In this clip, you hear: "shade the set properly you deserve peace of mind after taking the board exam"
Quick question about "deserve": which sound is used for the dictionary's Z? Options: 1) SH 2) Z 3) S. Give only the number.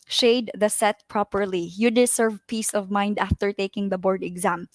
3